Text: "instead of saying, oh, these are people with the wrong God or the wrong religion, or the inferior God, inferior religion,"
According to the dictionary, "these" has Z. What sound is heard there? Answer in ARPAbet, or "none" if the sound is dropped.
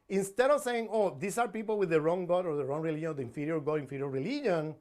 S